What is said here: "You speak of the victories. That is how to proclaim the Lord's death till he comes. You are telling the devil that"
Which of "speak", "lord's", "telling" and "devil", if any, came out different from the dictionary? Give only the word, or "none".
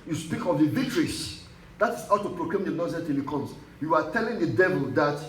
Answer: lord's